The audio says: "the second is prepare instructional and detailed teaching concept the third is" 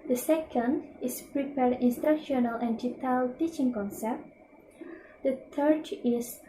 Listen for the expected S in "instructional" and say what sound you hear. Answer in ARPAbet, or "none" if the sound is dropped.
S